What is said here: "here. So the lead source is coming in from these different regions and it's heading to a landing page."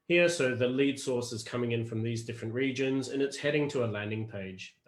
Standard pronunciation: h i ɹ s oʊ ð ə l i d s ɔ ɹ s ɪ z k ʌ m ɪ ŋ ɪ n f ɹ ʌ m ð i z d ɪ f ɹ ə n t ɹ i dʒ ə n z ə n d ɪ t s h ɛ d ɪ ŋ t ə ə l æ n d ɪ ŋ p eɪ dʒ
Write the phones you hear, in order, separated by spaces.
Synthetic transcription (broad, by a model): h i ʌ s oʊ ð ə l i d s ɔ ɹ s ɪ z k ʌ m ɪ ŋ ɪ n f ɹ ʌ m ð i z d ɪ f ɹ ə n t ɹ i dʒ ə n z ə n ɪ t s h ɛ d ɪ ŋ t ə ə l æ n d ɪ ŋ p eɪ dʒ